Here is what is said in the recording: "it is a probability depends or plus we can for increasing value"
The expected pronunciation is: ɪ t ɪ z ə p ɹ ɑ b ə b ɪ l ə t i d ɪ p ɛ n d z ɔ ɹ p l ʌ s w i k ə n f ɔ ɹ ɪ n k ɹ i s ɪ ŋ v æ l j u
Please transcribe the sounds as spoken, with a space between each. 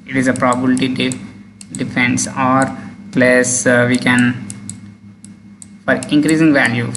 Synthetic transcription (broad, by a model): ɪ t ɪ z ə p ɹ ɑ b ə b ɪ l t i d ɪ f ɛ n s ɔ ɹ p l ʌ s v i k ə n f ɔ ɹ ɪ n k ɹ i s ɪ ŋ v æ l j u